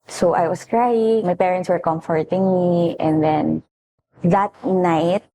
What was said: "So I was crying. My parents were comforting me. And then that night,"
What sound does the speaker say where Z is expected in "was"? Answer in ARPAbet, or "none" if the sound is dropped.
S